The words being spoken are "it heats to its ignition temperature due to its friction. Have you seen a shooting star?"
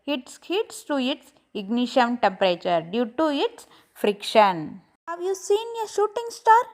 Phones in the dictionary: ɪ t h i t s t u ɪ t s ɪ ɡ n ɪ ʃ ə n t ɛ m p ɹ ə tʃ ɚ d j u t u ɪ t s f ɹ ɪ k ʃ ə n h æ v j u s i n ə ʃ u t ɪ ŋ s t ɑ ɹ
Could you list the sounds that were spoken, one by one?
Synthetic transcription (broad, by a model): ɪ t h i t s t u ɪ t s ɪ ɡ n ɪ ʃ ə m t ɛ m p ɹ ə tʃ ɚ d j u t u ɪ t s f ɹ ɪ k ʃ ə n h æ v j u s i n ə ʃ u t ɪ ŋ s t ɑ ɹ